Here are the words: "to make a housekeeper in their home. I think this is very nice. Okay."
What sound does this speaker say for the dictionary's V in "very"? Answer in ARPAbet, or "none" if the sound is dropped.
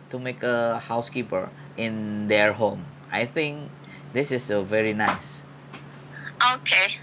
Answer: V